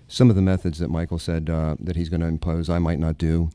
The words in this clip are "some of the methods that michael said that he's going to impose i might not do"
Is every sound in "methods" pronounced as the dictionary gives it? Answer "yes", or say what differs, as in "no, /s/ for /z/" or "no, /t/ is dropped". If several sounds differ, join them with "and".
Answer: yes